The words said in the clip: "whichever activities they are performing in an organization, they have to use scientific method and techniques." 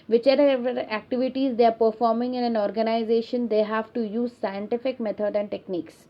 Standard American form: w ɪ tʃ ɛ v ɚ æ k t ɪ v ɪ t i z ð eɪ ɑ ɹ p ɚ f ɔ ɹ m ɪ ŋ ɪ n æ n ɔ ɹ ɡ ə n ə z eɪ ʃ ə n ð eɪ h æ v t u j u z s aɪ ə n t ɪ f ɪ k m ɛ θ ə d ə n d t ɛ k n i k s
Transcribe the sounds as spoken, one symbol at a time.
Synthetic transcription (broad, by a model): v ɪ tʃ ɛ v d æ k t ɪ v ɪ t i z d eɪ ɑ ɹ p ɚ f ɔ ɹ m ɪ ŋ ɪ n æ n ɔ ɹ ɡ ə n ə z eɪ ʃ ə n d eɪ h æ v t u j u z s aɪ ə n t ɪ f ɪ k m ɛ t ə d ə n d t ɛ k n i k s